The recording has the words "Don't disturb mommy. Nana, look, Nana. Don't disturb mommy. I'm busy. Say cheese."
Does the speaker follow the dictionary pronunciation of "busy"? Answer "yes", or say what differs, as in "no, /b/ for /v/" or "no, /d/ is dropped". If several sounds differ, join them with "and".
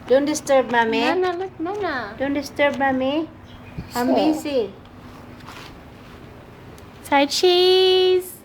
no, /s/ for /z/